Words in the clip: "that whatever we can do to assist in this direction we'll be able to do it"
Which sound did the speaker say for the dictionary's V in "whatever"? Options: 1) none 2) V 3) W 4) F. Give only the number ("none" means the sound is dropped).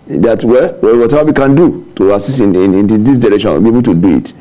3